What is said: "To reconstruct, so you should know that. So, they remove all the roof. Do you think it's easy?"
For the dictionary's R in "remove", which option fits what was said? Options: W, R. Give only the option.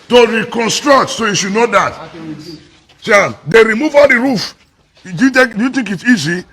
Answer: R